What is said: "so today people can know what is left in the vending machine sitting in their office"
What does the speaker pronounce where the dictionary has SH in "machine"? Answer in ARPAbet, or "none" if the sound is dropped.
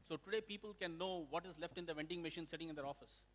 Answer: SH